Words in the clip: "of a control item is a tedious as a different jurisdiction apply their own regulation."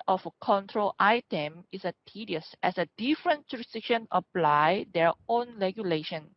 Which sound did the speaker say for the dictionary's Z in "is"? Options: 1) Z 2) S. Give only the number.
2